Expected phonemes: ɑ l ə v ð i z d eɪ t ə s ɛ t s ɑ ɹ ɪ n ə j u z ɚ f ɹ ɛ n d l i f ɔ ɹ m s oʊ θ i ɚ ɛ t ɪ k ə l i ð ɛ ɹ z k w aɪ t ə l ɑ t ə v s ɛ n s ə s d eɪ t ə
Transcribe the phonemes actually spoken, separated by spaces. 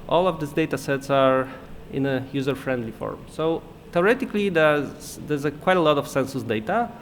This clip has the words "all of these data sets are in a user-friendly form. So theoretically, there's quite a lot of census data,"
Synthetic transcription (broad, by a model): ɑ l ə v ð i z d eɪ t ə s ɛ t s ɑ ɹ ɪ n ə j u z ɚ f ɹ ɛ n d l i f ɔ ɹ m s oʊ t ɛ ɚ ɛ t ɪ k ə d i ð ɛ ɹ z k w aɪ t ə l ɑ t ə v s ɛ n s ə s d eɪ t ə